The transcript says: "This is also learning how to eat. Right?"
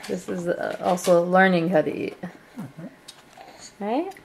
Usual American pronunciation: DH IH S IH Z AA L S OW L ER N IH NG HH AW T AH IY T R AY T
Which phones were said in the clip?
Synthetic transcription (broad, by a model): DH IH S IH Z AA L S OW L ER N IH NG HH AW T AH IY T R AY T